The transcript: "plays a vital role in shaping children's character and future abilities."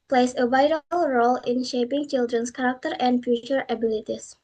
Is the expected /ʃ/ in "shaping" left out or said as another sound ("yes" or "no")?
no